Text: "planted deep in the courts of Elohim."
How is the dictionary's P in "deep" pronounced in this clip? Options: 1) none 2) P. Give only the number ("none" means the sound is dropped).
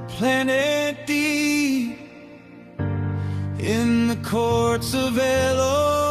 1